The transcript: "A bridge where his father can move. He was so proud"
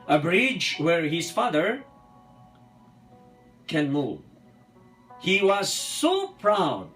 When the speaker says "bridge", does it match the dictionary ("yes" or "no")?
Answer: yes